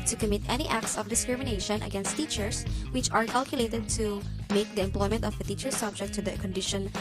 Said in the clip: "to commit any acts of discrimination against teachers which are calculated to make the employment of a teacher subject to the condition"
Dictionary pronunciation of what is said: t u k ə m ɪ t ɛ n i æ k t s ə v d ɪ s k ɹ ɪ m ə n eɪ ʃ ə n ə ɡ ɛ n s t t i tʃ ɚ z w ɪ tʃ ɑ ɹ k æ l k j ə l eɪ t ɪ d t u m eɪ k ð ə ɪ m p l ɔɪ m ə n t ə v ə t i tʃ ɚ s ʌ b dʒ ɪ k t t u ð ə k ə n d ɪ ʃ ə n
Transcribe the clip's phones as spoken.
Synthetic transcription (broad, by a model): t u k ə m ɪ t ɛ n i æ k t s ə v d ɪ s k ɹ ɪ m ə n eɪ ʃ ə n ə ɡ ɛ n s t t i tʃ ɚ s w ɪ tʃ ɑ ɹ k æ l k j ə l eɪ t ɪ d t u m eɪ k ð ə ɪ m p l ɔɪ m ə n t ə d ə t i tʃ ɚ s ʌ b dʒ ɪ k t t u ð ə k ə n d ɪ ʃ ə n